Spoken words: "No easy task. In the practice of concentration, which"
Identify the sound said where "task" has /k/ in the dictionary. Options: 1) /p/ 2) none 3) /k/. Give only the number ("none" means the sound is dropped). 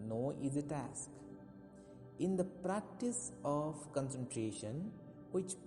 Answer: 3